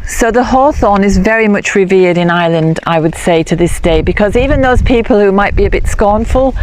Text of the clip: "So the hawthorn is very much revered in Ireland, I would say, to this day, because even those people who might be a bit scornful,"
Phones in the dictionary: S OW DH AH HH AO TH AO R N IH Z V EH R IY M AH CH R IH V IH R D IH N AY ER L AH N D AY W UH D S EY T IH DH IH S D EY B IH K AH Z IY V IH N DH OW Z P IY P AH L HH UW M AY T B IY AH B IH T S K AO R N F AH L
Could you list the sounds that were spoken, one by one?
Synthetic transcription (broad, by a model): S OW DH AH HH AO TH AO N IH Z V EH R IY M AH CH R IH V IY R D IH N AY L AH N D AY W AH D S EY T IH DH IH S D EY B IH K AH Z IY V IH N DH OW Z P IY P AH L HH UW M AY T B IY AH B IH T S K AO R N F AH L